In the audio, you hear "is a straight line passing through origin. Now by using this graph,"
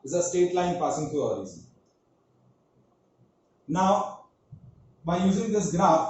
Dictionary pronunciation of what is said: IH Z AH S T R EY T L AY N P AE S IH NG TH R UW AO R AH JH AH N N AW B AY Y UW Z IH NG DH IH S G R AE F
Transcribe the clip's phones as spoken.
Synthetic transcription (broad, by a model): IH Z AH S T EY T L AY N P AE S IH NG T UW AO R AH Z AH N N AW B AY Y UW Z IH NG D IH S G R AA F